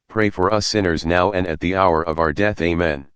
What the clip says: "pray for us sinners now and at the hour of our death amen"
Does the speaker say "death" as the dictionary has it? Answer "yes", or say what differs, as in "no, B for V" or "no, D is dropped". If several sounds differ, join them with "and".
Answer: yes